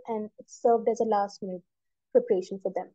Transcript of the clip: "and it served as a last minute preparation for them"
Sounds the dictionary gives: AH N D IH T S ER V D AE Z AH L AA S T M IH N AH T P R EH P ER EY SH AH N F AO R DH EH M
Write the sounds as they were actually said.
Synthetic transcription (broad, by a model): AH N D IH T S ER V D AE Z AH L AA S T M IH N AH T P R EH P ER EY SH AH N F AO R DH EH M